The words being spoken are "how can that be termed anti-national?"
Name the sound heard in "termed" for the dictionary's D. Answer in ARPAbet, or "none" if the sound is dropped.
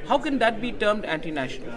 D